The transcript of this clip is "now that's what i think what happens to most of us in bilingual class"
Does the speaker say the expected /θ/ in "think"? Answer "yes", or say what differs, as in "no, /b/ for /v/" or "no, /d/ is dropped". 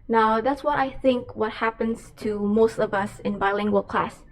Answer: yes